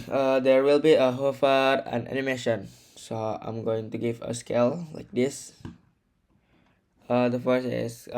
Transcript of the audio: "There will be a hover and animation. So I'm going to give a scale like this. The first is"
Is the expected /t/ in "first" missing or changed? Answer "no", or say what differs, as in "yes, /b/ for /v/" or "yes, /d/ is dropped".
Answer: yes, /t/ is dropped